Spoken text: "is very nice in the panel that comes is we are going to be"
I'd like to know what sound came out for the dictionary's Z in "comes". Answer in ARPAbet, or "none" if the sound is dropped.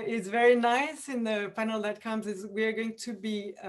Z